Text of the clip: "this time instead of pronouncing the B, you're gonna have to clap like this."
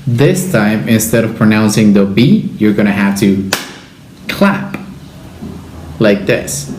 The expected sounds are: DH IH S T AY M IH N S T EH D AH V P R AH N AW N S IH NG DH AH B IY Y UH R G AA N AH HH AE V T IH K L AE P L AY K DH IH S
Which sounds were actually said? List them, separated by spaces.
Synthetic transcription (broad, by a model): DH IH S T AY M IH N S T EH D AH V P R AH N AW N S IH NG DH AH B IY Y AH R G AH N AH HH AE F T IH K L AE P L AY K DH IH S